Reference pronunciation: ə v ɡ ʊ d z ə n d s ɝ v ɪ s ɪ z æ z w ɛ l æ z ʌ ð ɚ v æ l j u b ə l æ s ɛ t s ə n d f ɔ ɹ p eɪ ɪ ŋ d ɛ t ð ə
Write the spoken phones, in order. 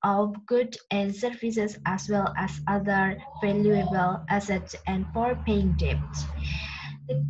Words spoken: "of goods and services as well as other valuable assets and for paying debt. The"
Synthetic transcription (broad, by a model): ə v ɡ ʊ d ə n d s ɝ f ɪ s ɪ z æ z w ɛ l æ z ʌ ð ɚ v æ l j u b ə l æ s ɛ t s ə n d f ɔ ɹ p eɪ ɪ ŋ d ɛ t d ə